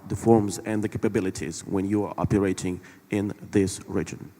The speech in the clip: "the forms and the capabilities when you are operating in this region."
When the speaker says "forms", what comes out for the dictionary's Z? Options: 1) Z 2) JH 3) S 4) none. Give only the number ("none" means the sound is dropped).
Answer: 1